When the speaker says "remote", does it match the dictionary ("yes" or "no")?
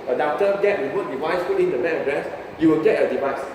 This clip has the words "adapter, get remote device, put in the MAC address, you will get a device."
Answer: no